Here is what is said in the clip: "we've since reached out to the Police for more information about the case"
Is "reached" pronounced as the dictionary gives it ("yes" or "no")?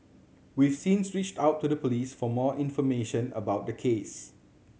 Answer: yes